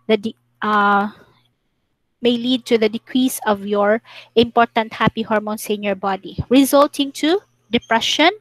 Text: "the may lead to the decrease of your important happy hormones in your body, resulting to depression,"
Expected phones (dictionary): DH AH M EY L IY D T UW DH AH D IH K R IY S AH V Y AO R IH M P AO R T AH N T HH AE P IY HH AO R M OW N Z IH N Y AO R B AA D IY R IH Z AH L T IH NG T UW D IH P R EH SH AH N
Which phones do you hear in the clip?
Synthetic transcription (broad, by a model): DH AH M EY L IY D T UW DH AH D IH K R IY S AH V Y AO R IH M P AO R T AH N T HH AE P IY HH AO R M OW N S IH N Y AO R B AA D IY R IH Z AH L T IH NG T UW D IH P R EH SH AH N